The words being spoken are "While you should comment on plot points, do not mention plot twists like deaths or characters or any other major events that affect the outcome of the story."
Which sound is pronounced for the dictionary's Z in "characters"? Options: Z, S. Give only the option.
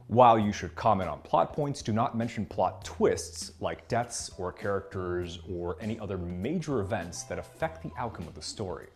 Z